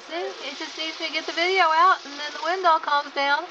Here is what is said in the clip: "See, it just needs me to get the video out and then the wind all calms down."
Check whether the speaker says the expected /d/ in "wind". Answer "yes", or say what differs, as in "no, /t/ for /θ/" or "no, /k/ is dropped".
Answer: yes